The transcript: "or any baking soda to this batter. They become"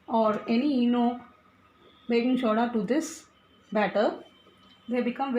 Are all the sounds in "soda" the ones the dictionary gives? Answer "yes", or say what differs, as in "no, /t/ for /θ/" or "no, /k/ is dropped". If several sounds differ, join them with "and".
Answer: no, /ʃ/ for /s/